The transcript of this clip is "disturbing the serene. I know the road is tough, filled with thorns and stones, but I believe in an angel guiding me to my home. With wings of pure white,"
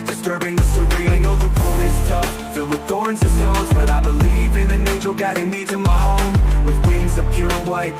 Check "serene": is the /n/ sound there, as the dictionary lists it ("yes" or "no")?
no